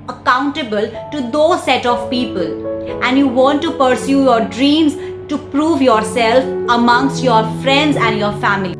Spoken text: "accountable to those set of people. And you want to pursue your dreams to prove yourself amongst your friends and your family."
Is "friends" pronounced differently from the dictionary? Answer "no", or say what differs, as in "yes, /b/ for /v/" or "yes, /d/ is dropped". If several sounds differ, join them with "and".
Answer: no